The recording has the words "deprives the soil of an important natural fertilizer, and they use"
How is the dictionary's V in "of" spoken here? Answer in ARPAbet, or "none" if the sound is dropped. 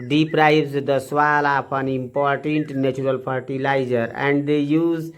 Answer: P